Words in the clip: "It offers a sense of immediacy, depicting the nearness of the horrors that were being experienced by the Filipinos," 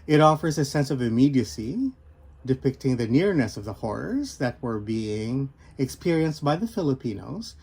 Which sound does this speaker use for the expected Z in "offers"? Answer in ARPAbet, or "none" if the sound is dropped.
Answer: Z